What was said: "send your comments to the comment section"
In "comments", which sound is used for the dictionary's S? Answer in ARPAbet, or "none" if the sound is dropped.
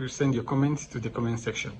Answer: S